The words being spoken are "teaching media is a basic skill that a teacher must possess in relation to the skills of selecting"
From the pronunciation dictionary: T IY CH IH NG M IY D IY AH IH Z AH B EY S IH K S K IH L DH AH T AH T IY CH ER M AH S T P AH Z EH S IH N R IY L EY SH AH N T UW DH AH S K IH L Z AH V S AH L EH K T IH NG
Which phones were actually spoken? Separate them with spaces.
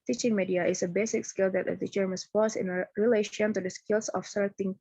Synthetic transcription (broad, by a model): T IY CH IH NG M IY D IY AH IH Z AH B EY S IH K S K IH L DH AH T AH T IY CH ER M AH S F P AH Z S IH N R IY L EY SH AH N T UW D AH S K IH L S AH F S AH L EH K T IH NG